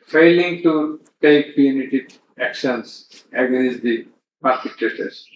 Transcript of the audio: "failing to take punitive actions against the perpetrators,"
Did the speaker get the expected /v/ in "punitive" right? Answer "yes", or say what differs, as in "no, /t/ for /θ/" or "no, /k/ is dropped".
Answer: no, /v/ is dropped